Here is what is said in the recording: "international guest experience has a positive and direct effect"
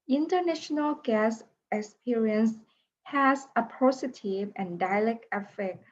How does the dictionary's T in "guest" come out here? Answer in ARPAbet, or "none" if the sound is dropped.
none